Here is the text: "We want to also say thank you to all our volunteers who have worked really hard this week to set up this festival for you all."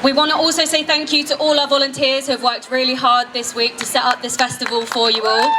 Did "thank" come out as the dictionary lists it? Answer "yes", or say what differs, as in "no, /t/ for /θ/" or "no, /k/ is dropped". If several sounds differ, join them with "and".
yes